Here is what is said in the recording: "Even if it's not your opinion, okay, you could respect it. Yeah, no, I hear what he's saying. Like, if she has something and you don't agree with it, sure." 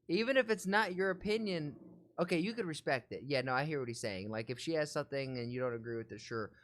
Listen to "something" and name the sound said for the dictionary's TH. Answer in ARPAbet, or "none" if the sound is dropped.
TH